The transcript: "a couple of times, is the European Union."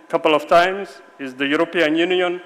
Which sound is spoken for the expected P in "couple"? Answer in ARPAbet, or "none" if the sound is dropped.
P